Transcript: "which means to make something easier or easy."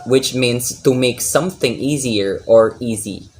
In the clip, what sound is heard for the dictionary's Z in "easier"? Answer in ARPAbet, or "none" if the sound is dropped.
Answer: Z